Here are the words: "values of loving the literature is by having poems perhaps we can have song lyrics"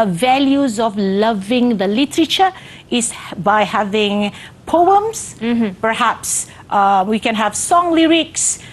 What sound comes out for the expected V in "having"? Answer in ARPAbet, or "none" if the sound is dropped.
V